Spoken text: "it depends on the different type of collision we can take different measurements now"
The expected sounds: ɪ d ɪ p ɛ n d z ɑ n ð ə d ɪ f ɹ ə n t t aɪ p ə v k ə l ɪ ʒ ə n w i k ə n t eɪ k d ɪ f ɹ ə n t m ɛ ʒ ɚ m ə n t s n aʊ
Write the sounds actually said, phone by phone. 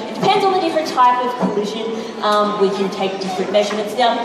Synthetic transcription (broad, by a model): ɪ d ɪ p ɛ n d z n ð ə d ɪ f ɹ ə n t t aɪ p ə v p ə l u ʃ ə n w i k ə n t eɪ k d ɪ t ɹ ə t m ɛ ʒ ɚ m ə n t s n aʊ